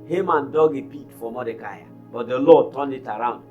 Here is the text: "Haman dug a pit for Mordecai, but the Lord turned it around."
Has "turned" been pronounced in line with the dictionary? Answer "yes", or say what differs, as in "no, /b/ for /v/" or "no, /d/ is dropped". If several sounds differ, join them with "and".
no, /d/ is dropped